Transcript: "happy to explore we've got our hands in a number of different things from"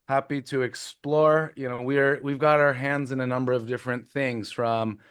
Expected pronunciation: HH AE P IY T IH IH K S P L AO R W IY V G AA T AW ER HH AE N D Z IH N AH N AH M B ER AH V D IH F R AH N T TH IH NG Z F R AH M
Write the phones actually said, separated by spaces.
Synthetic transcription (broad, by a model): HH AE P IY T IH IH K S P L AO R W IY V G AA T AW ER HH AE N D Z IH N AH N AH M B ER AH V D IH F R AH N TH IH NG Z F R AH M